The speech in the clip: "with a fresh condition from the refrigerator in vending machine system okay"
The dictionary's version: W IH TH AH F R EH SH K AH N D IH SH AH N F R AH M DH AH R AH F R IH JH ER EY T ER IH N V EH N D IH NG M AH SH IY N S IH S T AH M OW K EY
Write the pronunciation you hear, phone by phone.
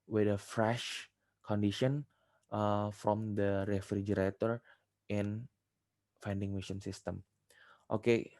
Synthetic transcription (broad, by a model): W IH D AH F R EH SH K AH N D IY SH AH N F R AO M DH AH R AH F R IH JH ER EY T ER IH N F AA N D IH NG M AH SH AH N S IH S T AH M OW K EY